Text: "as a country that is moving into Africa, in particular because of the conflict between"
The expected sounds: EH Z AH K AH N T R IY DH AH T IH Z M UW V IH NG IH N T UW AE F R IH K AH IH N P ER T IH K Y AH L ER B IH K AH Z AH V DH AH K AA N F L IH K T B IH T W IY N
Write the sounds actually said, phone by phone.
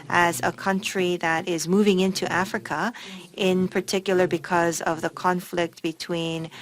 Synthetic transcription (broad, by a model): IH Z AH K AH N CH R IY DH AH T IH Z M UW V IH NG IH N T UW AE F R IH K AH IH N P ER T IH K Y L ER B IH K AH Z AH V DH AH K AA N F L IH K T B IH T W IY N